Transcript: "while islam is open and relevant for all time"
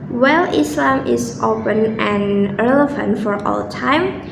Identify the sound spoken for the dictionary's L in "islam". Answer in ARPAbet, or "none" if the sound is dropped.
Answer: L